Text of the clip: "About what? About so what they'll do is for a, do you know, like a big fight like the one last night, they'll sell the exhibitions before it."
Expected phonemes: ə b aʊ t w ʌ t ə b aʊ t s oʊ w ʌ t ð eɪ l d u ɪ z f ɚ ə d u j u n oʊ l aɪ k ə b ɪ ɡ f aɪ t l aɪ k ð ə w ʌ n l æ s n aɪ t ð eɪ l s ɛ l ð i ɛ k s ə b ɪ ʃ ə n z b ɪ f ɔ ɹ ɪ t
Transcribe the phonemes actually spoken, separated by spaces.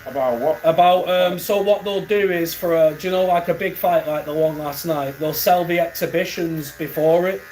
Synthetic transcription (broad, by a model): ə b aʊ t w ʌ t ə b aʊ t s oʊ w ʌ t ð eɪ l d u ɪ z f ɚ ə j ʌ n oʊ l aɪ k ə b ɪ ɡ f aɪ t l aɪ k ð ə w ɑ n l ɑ s n aɪ t ð eɪ l s ɛ l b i ɛ k s ə b ɪ ʃ ə n z b ɪ f ɔ ɹ ɪ t